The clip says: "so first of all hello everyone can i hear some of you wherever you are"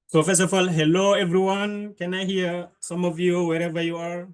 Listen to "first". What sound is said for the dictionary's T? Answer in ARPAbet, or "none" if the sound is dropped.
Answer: none